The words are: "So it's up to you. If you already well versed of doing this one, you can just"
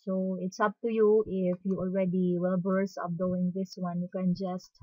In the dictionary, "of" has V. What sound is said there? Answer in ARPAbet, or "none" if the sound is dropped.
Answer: P